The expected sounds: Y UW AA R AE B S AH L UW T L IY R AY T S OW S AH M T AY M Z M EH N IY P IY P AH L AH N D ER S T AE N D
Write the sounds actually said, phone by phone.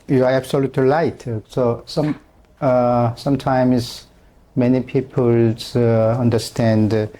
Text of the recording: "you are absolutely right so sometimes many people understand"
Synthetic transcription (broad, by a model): Y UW AA R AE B S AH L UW T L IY L AY T S OW S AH M T AY M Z M EH N IY P IY P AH L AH N D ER S T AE N D